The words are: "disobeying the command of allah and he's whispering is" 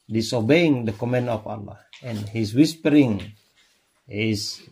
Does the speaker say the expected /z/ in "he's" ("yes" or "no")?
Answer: no